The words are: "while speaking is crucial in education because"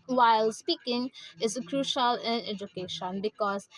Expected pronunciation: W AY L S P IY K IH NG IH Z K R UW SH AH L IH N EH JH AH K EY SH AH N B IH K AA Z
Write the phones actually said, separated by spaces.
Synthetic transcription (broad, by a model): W AY L S P IY K IH NG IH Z K R UW SH AH L IH N EH JH AH K EY SH AH N B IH K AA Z